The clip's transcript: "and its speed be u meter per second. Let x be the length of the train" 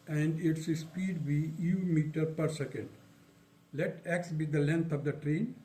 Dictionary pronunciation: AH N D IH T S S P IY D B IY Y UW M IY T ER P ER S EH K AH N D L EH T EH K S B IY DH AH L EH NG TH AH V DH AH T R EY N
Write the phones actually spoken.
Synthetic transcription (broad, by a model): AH N D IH T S S P IY D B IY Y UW M IY T ER P ER S EH K AH N D L EH T EH K S B IY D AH L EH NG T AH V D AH T R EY N